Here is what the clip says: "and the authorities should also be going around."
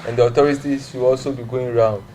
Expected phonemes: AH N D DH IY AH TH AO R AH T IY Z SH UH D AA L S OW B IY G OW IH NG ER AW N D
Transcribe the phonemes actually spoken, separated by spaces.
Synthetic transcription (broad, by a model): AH N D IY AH T AO R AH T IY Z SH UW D AA L S OW B IY G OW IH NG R AW N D